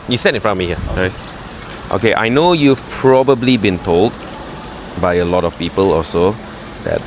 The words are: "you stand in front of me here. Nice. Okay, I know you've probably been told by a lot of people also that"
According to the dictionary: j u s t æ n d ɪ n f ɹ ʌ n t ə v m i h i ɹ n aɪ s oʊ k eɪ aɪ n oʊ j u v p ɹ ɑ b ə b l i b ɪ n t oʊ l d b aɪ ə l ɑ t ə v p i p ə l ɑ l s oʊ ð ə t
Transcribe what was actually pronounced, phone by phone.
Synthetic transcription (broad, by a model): j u s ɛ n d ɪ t f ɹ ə m i h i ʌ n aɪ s oʊ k eɪ aɪ n oʊ j u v p ɹ ɑ b ə b l i b ɪ n t oʊ l d b aɪ ə l ɑ t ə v p i p ə l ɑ s oʊ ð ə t